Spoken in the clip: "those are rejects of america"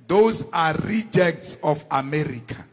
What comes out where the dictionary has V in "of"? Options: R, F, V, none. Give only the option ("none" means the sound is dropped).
F